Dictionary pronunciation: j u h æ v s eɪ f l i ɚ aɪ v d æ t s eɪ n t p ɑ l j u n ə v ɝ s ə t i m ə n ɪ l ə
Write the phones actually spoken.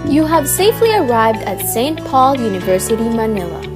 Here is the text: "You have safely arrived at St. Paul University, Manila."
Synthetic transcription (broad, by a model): j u h æ v s eɪ f l i ɚ aɪ v d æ t s eɪ n t p ɑ l j u n ə v ɝ s ə t i m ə n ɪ l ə